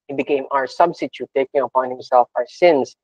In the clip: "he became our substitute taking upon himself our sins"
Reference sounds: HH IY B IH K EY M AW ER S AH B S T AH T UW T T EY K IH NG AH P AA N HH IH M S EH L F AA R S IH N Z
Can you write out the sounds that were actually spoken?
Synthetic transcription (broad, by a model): HH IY B IH K EY M AW ER S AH B S T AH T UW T T EY K IH NG AH P AA N HH IH M S EH L F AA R S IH N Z